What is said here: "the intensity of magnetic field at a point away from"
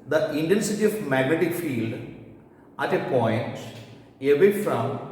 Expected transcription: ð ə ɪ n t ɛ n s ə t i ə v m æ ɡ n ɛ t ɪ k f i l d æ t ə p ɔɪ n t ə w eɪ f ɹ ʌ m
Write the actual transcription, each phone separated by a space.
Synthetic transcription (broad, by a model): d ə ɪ n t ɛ n s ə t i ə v m æ ɡ n ɛ t ɪ k f i l d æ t ə p ɔɪ n t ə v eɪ f ɹ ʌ m